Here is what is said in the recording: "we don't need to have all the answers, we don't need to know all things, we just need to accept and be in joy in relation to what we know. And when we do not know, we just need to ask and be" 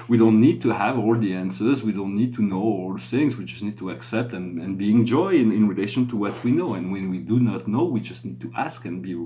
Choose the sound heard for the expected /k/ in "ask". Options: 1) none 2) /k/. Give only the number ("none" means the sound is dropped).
2